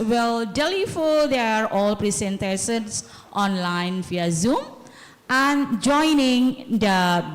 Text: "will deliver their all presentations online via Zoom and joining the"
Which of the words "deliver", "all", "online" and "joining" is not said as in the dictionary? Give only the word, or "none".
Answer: deliver